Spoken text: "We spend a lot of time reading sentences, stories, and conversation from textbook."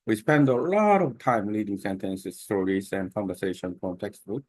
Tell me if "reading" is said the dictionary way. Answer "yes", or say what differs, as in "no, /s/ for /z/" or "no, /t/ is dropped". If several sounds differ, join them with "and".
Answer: no, /l/ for /ɹ/